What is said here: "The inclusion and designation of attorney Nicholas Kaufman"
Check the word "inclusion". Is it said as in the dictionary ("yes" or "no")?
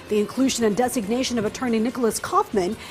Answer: yes